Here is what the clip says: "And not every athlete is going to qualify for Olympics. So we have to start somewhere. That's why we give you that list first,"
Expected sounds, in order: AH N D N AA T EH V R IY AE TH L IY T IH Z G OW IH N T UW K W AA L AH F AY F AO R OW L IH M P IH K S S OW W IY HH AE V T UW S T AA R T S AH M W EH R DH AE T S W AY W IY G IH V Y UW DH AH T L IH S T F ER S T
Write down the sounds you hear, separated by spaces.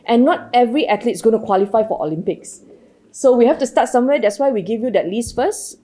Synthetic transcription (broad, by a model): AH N N AA T EH V R IY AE T L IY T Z G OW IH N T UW K W AA L AH F AY F AO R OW L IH M P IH K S S OW W IY HH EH F T UW S T AA T S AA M W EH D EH T S W AY W IY G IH V Y UW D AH T L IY S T F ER S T